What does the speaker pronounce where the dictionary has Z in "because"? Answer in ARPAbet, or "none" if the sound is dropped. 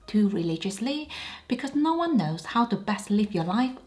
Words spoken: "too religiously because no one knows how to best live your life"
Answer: Z